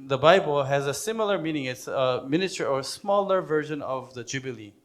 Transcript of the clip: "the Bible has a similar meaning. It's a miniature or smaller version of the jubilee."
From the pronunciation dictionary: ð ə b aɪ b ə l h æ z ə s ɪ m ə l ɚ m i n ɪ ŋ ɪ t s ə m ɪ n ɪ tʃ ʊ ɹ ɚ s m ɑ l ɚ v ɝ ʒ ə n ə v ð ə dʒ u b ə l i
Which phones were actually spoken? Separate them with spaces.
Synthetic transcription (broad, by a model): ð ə b aɪ b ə l h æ z ə s ɪ m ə l ɚ m i n ɪ ŋ ɪ t s ə m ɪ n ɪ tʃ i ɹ ɚ s m ɑ l ɚ v ɝ ʒ ə n ə v ð ə dʒ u b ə l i